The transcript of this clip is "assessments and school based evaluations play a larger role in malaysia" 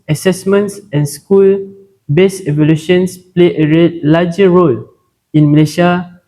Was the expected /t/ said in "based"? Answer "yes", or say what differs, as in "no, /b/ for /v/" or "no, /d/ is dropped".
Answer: no, /t/ is dropped